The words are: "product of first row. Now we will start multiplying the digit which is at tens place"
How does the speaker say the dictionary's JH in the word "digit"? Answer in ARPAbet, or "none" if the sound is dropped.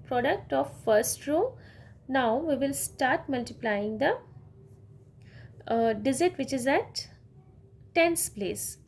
Z